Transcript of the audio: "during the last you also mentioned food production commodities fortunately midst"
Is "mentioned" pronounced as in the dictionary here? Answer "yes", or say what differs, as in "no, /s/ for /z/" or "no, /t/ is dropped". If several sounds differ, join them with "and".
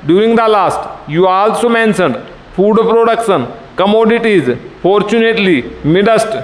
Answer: no, /s/ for /ʃ/